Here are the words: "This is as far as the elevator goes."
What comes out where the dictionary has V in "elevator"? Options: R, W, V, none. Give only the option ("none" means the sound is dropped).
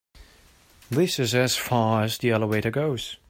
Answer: W